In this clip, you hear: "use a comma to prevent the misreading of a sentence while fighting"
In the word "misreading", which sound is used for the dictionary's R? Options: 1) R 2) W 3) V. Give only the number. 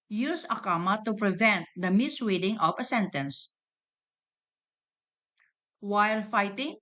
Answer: 2